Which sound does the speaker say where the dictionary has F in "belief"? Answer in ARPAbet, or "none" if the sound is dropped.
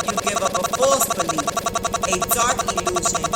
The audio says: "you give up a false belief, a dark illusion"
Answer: none